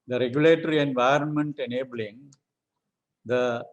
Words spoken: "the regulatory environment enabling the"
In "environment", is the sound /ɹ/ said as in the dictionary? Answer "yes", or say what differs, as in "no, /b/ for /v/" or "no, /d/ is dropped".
yes